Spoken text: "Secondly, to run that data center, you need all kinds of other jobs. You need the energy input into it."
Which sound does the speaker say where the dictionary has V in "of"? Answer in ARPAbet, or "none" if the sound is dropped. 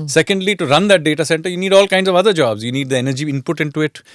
V